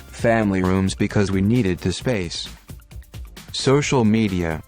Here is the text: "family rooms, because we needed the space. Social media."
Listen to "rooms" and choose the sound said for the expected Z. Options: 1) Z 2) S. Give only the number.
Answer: 1